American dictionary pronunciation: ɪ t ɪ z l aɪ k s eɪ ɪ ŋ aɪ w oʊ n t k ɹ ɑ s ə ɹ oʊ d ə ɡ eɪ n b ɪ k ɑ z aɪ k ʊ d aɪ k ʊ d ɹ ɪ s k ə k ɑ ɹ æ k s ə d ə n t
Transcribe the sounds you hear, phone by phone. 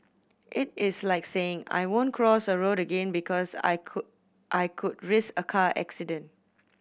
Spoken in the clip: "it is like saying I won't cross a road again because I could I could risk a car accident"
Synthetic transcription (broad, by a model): ɪ t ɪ s l aɪ k s eɪ ɪ ŋ aɪ w oʊ n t k ɹ ɑ s ə ɹ oʊ d ə ɡ eɪ n b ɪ k ɑ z aɪ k aɪ k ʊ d ɹ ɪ s ə k ɑ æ k s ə d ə n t